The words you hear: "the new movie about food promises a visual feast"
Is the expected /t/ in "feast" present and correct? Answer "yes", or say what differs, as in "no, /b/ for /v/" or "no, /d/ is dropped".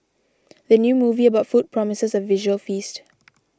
yes